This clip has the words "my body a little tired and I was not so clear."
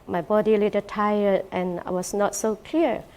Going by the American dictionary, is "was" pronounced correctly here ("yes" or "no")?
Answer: no